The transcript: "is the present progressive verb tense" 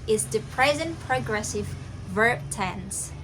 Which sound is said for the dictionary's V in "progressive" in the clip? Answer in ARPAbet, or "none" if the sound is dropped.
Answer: V